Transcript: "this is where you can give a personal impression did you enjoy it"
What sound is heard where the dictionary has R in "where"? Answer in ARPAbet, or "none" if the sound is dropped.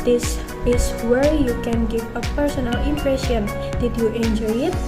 R